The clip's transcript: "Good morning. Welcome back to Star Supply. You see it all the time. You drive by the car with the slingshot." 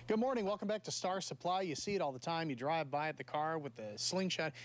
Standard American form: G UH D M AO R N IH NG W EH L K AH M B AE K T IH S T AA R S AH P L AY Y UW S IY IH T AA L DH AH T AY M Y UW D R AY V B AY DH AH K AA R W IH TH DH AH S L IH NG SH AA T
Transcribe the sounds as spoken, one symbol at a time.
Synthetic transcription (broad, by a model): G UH D M AO R N IH NG W EH L K AH M B AE K T IH S T AA R S AH P L AY Y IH S IY IH T AA L DH AH T AY M Y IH D R AY V B AY DH AH K AA R W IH DH AH S L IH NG SH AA T